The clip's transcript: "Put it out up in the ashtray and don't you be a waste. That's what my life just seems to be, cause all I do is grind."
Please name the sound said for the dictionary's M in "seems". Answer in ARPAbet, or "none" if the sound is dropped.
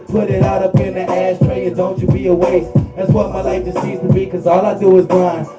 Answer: none